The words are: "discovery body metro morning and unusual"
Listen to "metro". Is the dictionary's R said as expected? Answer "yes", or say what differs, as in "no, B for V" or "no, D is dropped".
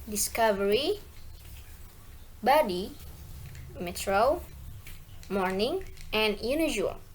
yes